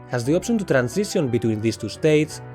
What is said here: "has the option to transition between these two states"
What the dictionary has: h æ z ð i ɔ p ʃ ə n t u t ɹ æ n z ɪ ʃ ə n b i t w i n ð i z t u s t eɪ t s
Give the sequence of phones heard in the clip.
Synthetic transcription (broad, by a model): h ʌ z ð i ɔ p s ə n t u t ɹ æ n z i s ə n b i t w i n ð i s t u s t eɪ t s